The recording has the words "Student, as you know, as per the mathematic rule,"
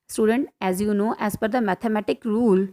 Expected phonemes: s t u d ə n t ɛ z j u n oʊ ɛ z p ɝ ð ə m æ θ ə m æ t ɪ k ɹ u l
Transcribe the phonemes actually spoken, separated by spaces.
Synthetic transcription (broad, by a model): s t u d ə n t ɛ z j u n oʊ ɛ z f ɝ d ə m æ t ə m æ t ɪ k ɹ u l